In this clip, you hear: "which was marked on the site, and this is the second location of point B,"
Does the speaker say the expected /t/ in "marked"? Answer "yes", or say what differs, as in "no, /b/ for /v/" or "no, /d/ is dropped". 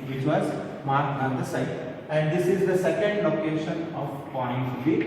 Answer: no, /t/ is dropped